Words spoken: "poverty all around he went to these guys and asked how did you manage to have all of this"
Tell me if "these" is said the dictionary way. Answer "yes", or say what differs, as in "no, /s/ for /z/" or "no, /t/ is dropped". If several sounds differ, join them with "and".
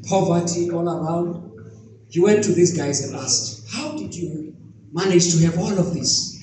no, /s/ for /z/